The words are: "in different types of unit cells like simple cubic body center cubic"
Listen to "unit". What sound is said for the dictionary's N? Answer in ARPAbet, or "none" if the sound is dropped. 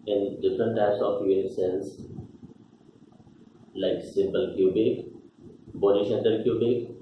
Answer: none